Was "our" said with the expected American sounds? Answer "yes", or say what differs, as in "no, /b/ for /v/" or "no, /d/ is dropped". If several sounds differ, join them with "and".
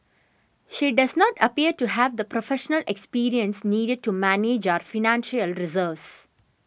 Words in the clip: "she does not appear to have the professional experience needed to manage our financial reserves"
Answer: yes